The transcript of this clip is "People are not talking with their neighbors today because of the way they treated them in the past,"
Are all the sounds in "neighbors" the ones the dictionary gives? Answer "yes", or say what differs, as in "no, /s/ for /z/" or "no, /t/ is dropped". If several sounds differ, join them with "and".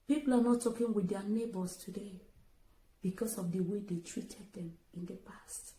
no, /s/ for /z/